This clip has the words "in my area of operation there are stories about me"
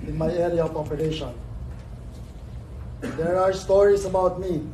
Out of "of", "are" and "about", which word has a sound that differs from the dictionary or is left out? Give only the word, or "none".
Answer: of